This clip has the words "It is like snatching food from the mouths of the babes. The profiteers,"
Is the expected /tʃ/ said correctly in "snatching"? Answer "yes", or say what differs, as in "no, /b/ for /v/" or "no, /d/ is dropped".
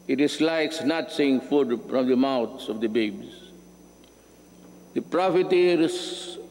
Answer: no, /s/ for /tʃ/